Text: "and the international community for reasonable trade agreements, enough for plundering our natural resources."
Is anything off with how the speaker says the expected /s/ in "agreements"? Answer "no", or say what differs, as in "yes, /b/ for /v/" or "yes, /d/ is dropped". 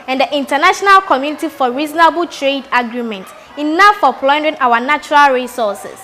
yes, /s/ is dropped